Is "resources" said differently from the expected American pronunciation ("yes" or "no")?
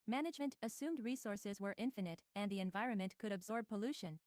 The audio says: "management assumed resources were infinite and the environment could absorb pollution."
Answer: no